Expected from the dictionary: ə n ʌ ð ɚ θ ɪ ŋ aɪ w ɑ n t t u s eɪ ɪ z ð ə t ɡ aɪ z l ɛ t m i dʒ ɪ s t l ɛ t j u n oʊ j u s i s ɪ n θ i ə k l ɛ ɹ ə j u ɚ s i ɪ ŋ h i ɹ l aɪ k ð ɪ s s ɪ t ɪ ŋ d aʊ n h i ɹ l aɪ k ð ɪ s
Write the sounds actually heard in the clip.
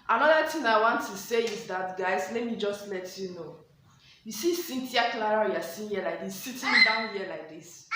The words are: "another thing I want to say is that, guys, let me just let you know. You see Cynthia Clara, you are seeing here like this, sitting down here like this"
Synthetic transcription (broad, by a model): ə n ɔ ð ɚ t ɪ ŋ aɪ w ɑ n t t u s eɪ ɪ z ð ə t ɡ aɪ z l ɛ t m i dʒ ɪ s t l ɛ t j u n oʊ j u s i s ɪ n t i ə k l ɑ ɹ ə j u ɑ s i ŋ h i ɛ l aɪ k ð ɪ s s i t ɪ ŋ d aʊ n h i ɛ l aɪ k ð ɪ s